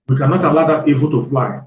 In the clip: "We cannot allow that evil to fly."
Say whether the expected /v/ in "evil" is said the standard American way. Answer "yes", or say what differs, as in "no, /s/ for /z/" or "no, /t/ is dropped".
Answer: no, /b/ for /v/